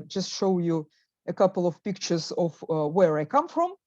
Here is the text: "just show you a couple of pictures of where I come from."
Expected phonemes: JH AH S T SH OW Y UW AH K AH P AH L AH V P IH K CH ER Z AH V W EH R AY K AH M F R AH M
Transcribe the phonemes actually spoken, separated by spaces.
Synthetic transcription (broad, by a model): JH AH S T SH OW Y UW AH K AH P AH L AH V P IH K CH ER Z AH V W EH R AY K AH M F R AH M